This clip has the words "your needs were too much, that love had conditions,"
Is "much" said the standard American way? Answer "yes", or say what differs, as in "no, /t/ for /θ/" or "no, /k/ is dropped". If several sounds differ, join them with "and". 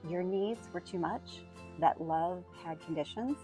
yes